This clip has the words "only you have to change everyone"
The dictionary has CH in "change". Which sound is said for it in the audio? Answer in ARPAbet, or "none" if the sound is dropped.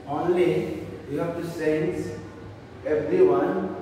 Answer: S